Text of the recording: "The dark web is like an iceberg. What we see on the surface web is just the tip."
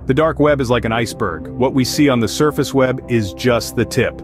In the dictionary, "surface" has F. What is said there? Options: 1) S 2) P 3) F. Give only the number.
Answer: 3